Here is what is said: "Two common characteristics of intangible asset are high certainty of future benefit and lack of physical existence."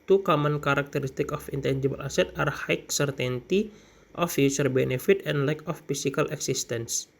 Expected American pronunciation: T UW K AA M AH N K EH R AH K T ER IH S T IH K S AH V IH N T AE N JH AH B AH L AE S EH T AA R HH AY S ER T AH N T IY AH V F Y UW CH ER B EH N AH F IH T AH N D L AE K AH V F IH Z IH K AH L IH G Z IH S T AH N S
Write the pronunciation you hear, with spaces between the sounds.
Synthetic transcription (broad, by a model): T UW K AA M AH N K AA R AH K T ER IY S T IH K AH F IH N T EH N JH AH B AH L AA S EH T AA R HH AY S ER T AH N T IY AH F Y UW S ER B EH N AH F IH T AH N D L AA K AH F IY S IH K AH L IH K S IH S T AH N S